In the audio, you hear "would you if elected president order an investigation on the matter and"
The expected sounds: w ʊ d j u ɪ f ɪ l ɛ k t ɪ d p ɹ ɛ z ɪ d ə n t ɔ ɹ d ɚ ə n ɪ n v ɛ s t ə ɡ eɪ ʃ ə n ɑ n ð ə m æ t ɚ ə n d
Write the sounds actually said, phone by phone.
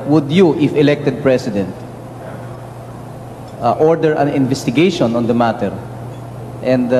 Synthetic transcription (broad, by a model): w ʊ d j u ɪ f ɪ l ɛ k t ɪ d p ɹ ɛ s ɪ d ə n t ɔ ɹ d ɚ ə n ɪ n v ɛ s t ə ɡ eɪ ʃ ə n ɑ n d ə m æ t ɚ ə n d